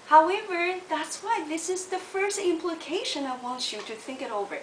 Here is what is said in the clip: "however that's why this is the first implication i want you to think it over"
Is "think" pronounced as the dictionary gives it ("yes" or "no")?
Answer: yes